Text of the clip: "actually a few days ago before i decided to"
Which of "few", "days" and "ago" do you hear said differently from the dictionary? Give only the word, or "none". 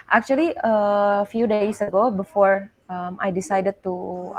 days